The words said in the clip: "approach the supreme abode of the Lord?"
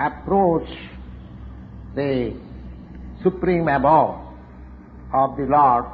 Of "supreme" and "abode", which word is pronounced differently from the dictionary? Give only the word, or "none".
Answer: abode